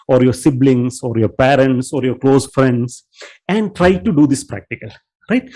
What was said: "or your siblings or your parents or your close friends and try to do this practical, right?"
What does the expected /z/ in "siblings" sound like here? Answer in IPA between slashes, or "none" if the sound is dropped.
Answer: /s/